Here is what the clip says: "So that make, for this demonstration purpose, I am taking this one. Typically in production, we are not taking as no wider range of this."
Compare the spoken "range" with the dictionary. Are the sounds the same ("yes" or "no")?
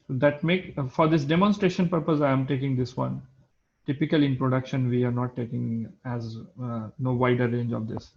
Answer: yes